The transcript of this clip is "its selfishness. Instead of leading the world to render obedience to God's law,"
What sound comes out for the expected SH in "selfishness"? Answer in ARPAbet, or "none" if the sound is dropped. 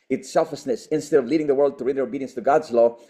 S